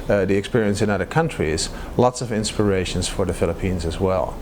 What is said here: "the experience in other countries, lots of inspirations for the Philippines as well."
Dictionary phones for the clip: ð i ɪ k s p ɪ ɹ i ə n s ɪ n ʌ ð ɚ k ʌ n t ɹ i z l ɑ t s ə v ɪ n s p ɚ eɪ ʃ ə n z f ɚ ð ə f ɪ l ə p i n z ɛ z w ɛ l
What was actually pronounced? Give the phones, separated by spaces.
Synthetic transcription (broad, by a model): ð i ɪ k s p ɪ ɹ i ə n s ɪ n ʌ ð ɚ k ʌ n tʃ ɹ i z l ɑ t s ə v ɪ n s p ɚ eɪ ʃ ə n z f ɚ ð ə f ɪ l ə p i n z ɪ z w ɛ l